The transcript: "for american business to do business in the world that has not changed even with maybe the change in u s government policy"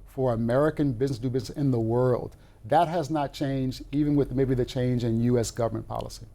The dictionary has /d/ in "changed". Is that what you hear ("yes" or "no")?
yes